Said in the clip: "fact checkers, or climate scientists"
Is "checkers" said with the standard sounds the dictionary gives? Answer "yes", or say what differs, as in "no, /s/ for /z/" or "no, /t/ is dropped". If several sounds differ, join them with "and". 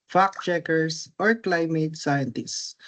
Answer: no, /s/ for /z/